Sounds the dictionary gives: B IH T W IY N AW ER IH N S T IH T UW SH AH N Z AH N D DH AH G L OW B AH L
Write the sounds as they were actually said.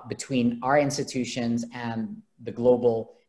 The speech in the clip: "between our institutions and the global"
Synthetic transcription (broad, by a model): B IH T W IY N AW ER IH N S T IH T UW SH AH N Z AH N DH AH G L OW B L